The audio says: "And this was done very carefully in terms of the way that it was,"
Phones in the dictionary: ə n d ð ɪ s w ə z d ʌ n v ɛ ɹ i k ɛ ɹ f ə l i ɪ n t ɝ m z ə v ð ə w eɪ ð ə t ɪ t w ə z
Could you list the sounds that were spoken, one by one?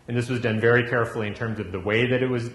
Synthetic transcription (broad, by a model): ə n ð ɪ s w ə z d ʌ n v ɛ ɹ i k ɛ ɹ f l i ɪ n t ɝ m z ə v ð ə w eɪ ð ə t ɪ t w ə z